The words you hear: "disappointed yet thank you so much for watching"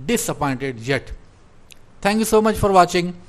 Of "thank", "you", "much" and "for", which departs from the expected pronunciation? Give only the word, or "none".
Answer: thank